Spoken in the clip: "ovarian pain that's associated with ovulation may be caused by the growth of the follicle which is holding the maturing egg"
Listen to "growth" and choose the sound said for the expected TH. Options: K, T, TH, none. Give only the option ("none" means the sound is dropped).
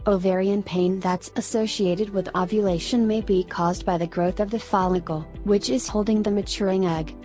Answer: TH